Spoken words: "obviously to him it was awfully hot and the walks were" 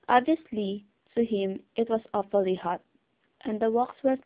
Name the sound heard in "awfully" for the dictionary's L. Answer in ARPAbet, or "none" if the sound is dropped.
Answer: L